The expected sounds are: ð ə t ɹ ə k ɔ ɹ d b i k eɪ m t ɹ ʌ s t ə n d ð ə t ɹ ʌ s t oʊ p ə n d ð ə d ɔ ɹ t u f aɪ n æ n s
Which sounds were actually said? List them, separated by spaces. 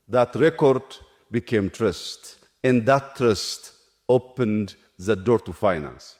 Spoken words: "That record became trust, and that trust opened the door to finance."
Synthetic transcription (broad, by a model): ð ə t ɹ ə k ɔ ɹ d b i k eɪ m t ɹ ʌ s t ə n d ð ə t ɹ ʌ s t oʊ p ə n d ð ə d ɔ ɹ t u f aɪ n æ n s